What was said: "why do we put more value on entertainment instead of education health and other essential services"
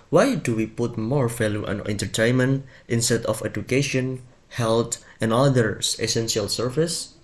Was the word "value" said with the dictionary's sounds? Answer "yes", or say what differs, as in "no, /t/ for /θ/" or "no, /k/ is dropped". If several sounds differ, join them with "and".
no, /f/ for /v/